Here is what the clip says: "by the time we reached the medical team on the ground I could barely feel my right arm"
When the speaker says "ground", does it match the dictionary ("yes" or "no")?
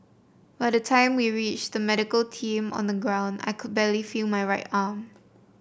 yes